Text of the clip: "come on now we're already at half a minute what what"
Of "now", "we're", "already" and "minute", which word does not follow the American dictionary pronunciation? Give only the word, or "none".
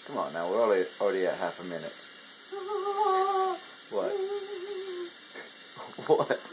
we're